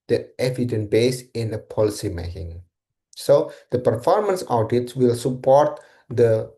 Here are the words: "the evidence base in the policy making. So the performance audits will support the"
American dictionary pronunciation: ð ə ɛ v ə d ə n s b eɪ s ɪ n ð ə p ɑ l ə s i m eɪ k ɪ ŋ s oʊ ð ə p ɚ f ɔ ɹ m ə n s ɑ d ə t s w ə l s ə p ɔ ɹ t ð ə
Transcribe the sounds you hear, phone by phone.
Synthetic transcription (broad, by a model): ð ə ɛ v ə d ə n b eɪ s ɪ n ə p ɑ l ə s i m eɪ k ɪ ŋ s oʊ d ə p ɚ f ɔ ɹ m ə n s ɑ d ə t s w ə l s ə p ɔ ɹ t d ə